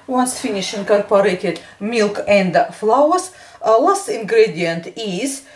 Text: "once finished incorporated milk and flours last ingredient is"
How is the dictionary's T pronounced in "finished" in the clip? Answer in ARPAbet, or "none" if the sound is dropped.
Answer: none